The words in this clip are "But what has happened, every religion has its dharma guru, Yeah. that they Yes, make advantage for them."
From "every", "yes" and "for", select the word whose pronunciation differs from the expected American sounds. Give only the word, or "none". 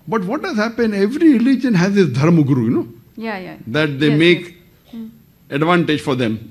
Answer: yes